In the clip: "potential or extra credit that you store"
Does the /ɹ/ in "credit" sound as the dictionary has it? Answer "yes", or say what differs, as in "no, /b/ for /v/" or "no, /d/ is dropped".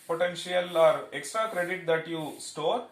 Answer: yes